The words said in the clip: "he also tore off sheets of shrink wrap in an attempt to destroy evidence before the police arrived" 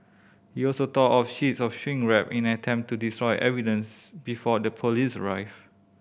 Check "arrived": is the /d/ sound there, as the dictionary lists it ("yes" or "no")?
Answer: no